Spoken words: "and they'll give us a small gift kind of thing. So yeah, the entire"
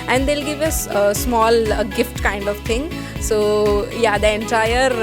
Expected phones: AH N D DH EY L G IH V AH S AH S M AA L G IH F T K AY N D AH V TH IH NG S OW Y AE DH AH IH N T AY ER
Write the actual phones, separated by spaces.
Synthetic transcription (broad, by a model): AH N D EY L G IH V AH S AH S M AA L G IH F T K AY N D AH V T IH NG S OW Y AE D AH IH N T AY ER